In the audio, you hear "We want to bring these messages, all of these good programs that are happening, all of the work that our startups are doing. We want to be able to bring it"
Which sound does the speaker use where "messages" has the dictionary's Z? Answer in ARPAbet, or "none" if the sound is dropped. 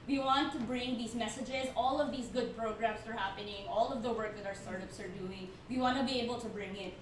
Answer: Z